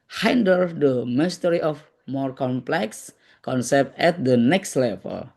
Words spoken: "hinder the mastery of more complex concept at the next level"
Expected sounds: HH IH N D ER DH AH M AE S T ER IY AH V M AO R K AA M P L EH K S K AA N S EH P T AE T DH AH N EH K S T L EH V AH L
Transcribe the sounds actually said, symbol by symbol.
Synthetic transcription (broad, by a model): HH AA N D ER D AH M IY S T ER IY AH F M AO R K AA M P L EH K S K AA N S EH P T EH T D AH N EH K S T L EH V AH L